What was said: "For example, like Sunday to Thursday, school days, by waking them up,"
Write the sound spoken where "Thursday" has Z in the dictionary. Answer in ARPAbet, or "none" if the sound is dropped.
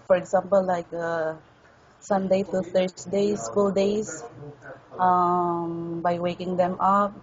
S